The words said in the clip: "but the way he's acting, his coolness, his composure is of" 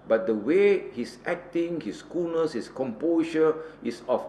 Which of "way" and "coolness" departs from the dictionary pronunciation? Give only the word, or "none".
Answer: coolness